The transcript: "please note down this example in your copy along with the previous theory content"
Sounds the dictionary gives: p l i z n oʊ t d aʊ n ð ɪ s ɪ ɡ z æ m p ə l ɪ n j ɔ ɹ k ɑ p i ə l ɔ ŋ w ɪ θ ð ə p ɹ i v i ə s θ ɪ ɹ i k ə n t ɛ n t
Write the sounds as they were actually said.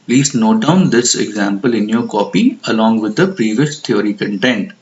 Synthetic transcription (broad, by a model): p l i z n oʊ t d aʊ n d ɪ s ɪ ɡ z æ m p ə l ɪ n j ɔ ɹ k ɑ p i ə l ɔ ŋ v ɪ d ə p ɹ i v i ə s t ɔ ɹ i k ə n t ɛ n t